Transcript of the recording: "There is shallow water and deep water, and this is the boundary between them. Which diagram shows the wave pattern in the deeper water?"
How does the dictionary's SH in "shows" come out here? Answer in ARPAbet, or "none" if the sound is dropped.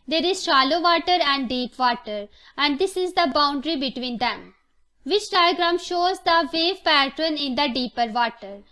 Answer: SH